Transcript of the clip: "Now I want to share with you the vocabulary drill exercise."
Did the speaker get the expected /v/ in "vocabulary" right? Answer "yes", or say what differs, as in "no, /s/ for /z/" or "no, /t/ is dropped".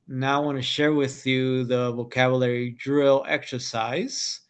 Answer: yes